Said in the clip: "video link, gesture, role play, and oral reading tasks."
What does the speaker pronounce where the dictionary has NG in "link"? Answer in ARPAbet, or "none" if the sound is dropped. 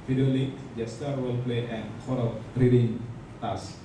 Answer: none